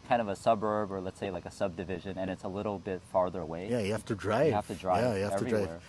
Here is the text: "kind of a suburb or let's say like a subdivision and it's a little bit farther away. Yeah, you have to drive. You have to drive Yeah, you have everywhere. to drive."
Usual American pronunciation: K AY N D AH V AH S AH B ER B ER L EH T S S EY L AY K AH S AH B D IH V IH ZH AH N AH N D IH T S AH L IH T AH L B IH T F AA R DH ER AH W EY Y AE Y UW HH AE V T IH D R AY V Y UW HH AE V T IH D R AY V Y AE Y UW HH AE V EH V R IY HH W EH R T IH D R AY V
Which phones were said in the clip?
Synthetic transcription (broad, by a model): K AY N D AH V AH S AH B ER B ER L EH T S S EY L AY K AH S AH B D IH V IH ZH AH N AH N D IH T S AH L IH T L B IH T F AA R DH ER AH W EY Y AE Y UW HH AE F T IH D R AY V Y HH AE F T IH D R AY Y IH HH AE EH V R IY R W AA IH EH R